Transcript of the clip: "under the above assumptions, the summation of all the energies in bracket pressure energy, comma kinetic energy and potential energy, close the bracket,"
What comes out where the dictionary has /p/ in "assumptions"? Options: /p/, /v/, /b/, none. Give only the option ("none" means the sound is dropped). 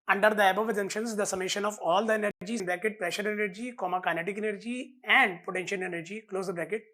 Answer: none